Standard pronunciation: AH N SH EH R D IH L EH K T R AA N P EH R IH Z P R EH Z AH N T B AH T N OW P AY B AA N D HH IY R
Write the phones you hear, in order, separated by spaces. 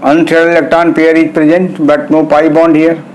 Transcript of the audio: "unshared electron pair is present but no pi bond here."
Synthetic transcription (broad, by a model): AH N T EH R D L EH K T AA N P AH R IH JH P R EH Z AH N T B AH T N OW P AY B AA N D HH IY R